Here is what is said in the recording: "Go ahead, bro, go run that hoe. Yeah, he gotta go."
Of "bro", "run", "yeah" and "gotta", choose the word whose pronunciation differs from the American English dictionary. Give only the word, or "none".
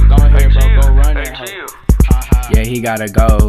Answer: bro